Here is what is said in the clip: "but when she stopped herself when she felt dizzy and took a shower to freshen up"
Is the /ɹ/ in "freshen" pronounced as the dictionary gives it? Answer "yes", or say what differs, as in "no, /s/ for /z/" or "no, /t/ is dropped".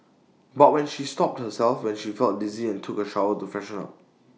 no, /ɹ/ is dropped